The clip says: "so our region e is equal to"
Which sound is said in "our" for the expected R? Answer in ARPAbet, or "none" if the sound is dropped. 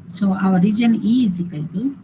W